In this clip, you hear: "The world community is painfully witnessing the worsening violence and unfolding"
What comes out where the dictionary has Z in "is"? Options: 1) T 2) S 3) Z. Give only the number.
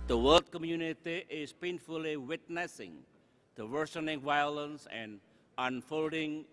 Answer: 2